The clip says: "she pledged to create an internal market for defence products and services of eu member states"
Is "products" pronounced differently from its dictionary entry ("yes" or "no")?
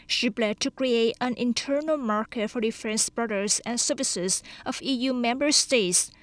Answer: yes